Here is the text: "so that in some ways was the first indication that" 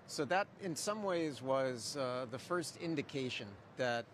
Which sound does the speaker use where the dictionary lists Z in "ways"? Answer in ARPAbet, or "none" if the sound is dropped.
Z